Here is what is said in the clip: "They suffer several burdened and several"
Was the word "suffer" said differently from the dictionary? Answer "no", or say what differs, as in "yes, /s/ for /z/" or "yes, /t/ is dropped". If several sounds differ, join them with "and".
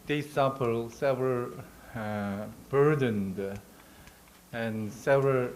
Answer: yes, /p/ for /f/